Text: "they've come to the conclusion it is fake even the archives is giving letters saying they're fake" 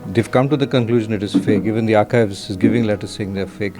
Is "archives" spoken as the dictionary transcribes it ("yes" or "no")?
yes